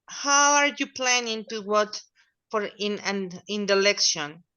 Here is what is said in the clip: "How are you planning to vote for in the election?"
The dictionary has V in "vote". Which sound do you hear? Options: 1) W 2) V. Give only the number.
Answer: 1